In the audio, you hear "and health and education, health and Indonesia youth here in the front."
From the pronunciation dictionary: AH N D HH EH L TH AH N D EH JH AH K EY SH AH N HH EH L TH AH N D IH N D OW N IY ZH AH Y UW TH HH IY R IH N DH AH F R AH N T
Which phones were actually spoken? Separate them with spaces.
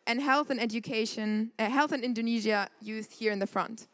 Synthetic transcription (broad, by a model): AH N HH EH L TH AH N EH JH AH K EY SH AH N HH EH L TH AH N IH N D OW N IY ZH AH Y UW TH HH IY R IH N DH AH F R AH N T